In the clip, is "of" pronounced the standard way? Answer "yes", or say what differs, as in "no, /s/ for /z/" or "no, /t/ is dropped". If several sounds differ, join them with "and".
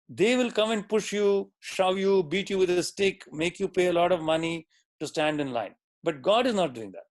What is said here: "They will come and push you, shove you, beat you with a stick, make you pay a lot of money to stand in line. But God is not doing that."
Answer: yes